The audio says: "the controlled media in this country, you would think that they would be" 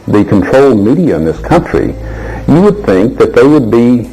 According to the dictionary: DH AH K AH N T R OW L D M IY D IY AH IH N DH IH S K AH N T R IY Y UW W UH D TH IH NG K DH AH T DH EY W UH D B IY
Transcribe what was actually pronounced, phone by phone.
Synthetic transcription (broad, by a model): DH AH K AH N T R OW L M IY D IY AH IH N DH IH S K AH N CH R IY Y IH W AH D TH IH NG K DH AH T DH EY W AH D B IY